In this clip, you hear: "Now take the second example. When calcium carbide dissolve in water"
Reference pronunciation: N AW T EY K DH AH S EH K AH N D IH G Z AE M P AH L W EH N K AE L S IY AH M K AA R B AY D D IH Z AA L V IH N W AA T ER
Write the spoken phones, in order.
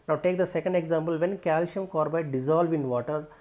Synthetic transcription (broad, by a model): N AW T EY K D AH S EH K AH N D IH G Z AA M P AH L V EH N K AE L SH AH M K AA R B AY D D IH Z AA L V IH N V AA T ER